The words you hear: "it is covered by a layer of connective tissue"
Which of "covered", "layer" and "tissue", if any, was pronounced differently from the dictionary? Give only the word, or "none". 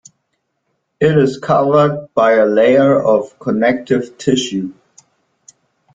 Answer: none